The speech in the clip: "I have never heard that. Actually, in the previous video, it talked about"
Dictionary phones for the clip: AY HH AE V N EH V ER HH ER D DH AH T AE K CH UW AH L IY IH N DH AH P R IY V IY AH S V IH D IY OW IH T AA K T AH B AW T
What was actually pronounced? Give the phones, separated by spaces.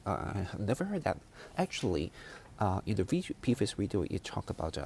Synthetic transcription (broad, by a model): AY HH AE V N EH V ER HH ER D DH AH T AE K CH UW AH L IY IH N DH AH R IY P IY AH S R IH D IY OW IH T AA K AH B AW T